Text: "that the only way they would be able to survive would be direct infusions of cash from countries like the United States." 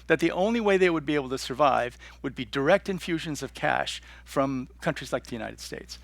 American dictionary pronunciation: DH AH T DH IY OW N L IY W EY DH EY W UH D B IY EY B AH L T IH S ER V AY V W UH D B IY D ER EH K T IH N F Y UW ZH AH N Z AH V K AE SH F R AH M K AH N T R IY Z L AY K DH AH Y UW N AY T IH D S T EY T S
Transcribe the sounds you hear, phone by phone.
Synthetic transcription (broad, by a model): DH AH T DH IY OW N L IY W EY DH EY W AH D B IY EY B L T IH S ER V AY V W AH D B IY D ER EH K T IH N F Y UW ZH AH N Z AH V K AE SH F R AH M K AH N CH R IY Z L AY K DH AH Y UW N AY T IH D S T EY T S